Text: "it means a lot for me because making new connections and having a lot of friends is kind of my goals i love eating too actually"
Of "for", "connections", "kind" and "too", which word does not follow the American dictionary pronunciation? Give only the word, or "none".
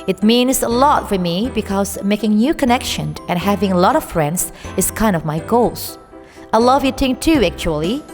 connections